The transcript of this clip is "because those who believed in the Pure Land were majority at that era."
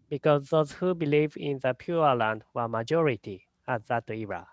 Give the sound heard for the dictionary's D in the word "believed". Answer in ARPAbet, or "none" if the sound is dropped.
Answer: none